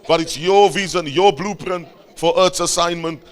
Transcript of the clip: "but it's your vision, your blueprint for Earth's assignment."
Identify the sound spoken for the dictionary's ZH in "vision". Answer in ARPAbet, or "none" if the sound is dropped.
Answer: Z